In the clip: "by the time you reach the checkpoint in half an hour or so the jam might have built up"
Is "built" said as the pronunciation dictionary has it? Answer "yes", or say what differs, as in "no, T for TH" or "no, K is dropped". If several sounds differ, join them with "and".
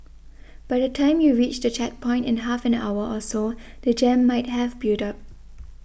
no, L is dropped